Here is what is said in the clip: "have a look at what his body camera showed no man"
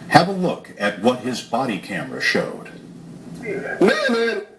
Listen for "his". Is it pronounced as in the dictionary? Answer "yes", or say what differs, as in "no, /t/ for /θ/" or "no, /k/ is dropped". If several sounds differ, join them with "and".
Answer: yes